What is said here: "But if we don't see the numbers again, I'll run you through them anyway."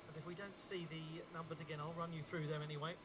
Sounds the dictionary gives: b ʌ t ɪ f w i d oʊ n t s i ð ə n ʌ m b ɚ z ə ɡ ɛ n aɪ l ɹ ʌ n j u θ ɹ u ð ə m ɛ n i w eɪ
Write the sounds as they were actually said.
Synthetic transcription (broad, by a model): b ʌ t ɪ f w i d oʊ n t s i ð ə n ʌ m b ɚ z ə ɡ ɛ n aɪ l ɹ ʌ n j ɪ θ ɹ u ð ə m ɛ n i w eɪ